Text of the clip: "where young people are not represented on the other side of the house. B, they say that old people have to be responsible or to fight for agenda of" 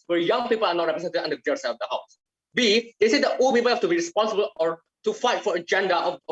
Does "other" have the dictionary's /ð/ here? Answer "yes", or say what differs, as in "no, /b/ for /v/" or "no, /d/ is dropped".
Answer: no, /ð/ is dropped